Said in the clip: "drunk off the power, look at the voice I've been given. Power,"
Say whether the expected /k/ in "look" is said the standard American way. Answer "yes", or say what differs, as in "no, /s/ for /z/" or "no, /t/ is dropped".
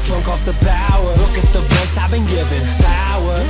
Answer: yes